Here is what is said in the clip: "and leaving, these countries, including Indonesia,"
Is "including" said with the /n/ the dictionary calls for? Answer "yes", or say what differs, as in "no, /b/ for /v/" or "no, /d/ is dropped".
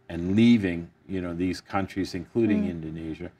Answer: yes